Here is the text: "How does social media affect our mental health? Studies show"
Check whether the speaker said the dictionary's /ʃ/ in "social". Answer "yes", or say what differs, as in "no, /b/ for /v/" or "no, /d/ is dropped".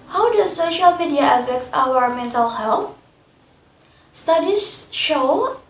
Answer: yes